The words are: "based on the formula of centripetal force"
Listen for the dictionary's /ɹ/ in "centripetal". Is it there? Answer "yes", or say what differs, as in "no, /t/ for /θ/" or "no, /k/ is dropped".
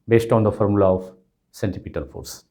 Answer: no, /ɹ/ is dropped